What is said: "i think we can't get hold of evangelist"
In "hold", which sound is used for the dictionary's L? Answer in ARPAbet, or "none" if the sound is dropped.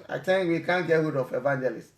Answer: none